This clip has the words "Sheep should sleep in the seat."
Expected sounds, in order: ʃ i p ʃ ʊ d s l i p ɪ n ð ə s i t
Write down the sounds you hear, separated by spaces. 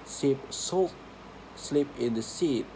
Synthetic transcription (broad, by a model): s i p s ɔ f s l i p ɪ n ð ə s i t